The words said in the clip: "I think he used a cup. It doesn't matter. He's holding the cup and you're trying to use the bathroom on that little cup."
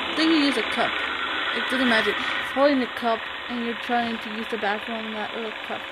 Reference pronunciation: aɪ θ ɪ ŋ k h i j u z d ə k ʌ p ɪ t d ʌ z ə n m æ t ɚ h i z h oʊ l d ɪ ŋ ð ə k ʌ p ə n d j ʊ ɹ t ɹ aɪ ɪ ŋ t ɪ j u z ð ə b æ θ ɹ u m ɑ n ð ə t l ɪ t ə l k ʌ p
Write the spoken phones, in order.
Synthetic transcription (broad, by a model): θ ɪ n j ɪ j u z ə k ʌ p ɪ t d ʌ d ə m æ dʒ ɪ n h oʊ l d ɪ ŋ ð ə k ʌ p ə n j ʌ ɹ t ɹ aɪ ɪ ŋ t ɪ j u z ð ə b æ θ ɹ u ʊ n ð ə t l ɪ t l k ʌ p